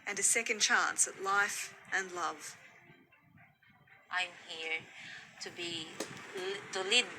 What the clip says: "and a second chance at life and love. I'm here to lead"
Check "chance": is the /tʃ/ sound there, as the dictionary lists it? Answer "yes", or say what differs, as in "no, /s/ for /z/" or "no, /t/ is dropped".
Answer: yes